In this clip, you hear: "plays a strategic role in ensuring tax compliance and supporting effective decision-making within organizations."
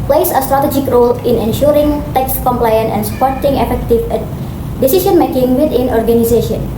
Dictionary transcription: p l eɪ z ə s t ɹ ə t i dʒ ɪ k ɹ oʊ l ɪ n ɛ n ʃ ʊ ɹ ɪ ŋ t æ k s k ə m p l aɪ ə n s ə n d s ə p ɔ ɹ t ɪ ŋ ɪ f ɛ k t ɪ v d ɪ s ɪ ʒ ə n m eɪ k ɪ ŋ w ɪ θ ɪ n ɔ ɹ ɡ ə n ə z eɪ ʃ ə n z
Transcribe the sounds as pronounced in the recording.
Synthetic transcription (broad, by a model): p l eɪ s ə s t ɹ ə t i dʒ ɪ k ɹ oʊ l ɪ n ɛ n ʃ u ɹ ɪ ŋ t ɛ k s k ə m p l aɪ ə n ə n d s ə p ɔ ɹ t ɪ ŋ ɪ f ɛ k t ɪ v d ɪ s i ʃ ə n m eɪ k ɪ ŋ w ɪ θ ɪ n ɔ ɹ ɡ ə n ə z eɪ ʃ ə n